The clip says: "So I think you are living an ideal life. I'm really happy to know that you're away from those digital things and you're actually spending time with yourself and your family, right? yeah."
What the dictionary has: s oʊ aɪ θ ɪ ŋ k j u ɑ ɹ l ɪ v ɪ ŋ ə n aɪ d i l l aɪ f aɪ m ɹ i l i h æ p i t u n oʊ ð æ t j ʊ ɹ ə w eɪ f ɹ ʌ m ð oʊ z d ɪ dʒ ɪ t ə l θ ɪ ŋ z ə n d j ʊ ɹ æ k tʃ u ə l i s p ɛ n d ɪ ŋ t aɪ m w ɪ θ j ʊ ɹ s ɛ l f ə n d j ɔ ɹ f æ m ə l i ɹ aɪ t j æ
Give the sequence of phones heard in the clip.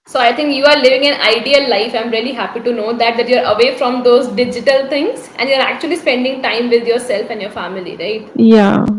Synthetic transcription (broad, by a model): s oʊ aɪ t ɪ ŋ k j u ɑ ɹ l ɪ v ɪ ŋ ə n aɪ d i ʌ l aɪ f aɪ m ɹ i l i h æ p i t u n oʊ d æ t j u ɹ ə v eɪ f ɹ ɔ m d oʊ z d ɪ dʒ ɪ t ə l t ɪ ŋ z ə n d j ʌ ɹ æ k tʃ u ə l i s p ɛ n d ɪ ŋ t aɪ m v ɪ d j ʊ ɹ s ɛ l f ə n d j ɔ ɹ f æ m ə l i ɹ aɪ t j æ